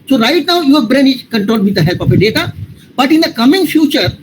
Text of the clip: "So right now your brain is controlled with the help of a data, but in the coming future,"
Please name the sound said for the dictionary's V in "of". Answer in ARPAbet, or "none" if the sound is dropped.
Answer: P